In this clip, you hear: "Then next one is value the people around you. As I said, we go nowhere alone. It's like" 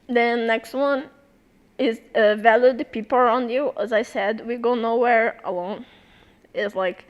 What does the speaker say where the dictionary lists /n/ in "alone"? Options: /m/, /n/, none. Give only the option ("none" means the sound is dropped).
/n/